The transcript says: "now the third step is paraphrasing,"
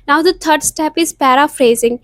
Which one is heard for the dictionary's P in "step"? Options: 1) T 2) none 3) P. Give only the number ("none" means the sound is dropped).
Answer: 3